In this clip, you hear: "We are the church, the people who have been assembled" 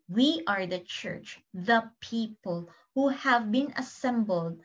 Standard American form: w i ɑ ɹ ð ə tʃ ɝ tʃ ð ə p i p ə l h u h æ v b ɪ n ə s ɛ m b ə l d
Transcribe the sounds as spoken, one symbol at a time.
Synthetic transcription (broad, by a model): w i ɑ ɹ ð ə tʃ ɝ tʃ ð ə p i p ə l h u h æ v b ɪ n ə s ɛ m b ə l d